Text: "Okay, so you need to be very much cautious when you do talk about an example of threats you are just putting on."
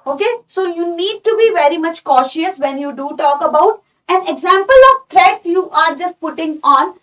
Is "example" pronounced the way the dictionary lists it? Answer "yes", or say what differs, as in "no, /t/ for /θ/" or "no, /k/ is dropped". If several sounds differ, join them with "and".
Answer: yes